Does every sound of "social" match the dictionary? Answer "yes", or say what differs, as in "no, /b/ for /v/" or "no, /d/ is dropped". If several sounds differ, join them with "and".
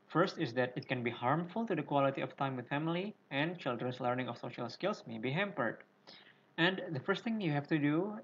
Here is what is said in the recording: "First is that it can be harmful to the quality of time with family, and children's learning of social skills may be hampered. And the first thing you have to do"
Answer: yes